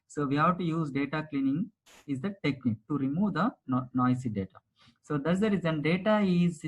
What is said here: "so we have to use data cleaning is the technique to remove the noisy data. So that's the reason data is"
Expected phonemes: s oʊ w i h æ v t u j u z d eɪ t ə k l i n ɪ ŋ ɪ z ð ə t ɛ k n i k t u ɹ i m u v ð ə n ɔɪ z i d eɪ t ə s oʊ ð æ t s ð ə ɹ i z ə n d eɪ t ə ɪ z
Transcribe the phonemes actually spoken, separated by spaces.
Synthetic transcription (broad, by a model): s oʊ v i h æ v t u j u z d eɪ t ə k l i n ɪ ŋ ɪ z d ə t ɛ k n i k t u ɹ i m u v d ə n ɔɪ s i d eɪ t ə s oʊ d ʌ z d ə ɹ i z ə n d eɪ t ə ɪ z